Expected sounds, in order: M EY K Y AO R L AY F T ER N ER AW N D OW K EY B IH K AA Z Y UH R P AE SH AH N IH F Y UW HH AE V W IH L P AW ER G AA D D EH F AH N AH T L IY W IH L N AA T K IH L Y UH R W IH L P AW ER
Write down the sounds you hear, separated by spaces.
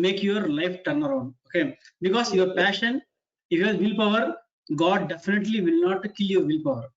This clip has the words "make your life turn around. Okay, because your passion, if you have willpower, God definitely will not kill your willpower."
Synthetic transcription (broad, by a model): M EY K Y AO R L AY F T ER N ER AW N D OW K EY B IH K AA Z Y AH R P AE SH AH N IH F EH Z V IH L P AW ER G AA D D EH F AH N AH T L IY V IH L N AA T K IH L Y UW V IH L P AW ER